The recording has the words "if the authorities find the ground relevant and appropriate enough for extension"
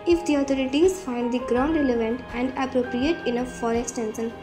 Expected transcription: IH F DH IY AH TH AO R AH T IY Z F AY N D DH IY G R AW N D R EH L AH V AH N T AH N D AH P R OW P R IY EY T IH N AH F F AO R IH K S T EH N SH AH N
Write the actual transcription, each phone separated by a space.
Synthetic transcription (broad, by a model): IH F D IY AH T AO R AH T IY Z F AY N D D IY G R AW N D R EH L AH V AH N T AH N D AH P R OW P R IY EY T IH N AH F F AO R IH K S T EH N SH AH N